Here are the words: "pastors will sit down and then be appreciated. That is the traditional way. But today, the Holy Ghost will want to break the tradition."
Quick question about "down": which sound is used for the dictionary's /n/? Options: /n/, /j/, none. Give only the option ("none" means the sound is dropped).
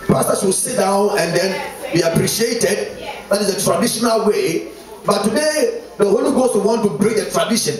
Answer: /n/